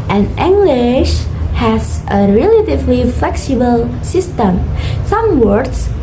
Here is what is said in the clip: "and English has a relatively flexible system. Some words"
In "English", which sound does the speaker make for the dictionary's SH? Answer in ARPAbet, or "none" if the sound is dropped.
SH